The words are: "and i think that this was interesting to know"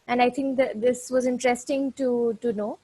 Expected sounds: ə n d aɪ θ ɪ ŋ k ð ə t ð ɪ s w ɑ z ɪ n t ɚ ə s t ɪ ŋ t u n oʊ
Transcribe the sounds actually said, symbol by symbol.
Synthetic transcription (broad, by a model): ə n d aɪ t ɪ ŋ k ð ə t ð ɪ s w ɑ z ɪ n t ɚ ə s t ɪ ŋ t u n oʊ